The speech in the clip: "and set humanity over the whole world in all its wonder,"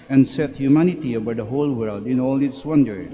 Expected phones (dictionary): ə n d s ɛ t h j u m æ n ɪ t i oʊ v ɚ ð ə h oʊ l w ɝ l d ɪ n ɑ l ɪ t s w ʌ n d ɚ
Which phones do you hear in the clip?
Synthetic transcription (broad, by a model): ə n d s ɛ t h j u m æ n ɪ t i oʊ b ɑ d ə h oʊ l w ɝ l d ɪ n ɑ l ɪ t s w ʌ n d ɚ